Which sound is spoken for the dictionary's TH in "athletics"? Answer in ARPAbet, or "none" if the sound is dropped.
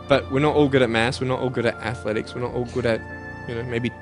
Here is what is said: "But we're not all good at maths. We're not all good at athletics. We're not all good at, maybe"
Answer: TH